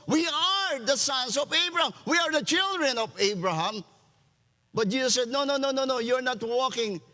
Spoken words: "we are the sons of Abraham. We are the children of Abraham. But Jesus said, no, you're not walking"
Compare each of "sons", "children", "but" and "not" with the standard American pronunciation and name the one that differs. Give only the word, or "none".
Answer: sons